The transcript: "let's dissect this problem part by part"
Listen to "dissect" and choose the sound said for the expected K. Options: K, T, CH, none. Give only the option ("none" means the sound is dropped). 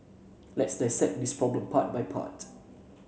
none